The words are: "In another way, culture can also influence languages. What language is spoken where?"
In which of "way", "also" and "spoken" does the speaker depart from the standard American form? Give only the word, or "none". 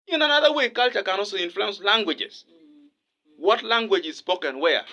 also